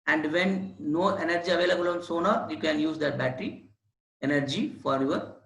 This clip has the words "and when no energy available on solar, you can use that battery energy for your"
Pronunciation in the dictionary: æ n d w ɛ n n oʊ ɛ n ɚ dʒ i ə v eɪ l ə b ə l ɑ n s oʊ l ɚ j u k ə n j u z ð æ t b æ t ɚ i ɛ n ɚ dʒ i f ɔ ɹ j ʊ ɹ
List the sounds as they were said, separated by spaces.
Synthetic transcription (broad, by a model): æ n d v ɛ n n oʊ ɛ n ɚ dʒ i ə v eɪ l ə b ə l ɑ n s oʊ n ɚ j u k ə n j u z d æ t b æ t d i ɛ n ɚ dʒ i f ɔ ɹ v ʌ ɹ